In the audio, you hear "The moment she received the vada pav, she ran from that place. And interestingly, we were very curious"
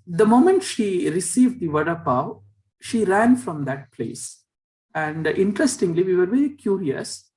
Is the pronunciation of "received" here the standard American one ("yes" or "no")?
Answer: yes